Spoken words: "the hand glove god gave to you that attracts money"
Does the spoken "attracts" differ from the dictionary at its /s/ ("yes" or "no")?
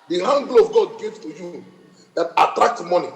yes